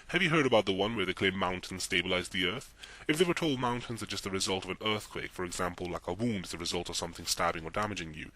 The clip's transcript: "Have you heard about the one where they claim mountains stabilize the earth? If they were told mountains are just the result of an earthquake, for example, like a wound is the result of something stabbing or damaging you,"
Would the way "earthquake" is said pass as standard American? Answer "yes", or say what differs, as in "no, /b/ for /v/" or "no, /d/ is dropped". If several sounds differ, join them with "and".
yes